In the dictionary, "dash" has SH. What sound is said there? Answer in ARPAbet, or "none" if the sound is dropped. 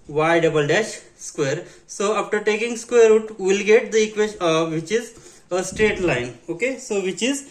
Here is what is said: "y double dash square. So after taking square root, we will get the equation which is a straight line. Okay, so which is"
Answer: SH